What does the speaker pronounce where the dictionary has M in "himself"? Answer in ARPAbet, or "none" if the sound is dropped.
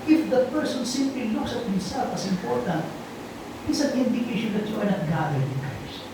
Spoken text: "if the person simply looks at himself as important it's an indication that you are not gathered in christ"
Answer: none